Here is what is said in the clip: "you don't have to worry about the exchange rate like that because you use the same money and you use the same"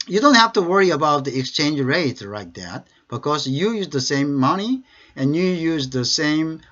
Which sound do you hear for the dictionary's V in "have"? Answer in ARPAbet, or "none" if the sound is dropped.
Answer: F